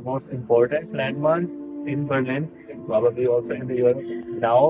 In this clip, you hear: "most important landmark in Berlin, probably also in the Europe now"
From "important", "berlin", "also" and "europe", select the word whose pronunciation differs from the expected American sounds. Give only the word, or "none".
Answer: europe